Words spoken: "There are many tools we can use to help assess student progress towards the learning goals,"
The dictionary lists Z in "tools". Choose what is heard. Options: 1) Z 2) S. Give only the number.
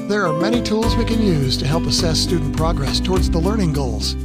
1